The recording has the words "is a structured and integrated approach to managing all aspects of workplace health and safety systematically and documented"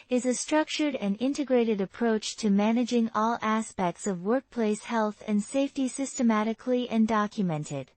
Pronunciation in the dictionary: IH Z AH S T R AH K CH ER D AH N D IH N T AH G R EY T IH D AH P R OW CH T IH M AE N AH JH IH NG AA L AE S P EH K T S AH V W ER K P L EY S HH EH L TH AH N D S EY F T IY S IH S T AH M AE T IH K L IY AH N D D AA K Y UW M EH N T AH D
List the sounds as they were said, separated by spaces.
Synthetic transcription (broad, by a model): IH Z AH S T R AH K CH ER D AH N IH N T AH G R EY T IH D AH P R OW CH T IH M AE N AH JH IH NG AA L AE S P EH K T S AH V W ER K P L EY S HH EH L TH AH N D S EY F T IY S IH S T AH M AE T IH K L IY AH N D D AA K Y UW M EH N T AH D